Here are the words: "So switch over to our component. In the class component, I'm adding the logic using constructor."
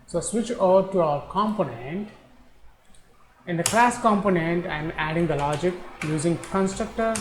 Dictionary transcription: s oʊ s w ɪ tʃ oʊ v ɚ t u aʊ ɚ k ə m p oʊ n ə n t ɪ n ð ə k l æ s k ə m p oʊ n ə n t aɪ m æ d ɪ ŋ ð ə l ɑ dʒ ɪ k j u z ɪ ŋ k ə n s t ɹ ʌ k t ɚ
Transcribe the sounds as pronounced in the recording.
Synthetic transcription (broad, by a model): s oʊ s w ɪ tʃ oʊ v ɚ t u aʊ ɚ k ə m p oʊ n ə n t ɪ n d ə k l æ s k ə m p oʊ n ə n t aɪ m æ d ɪ ŋ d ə l ɑ dʒ ɪ k j u z ɪ ŋ k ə n s t ɹ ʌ k t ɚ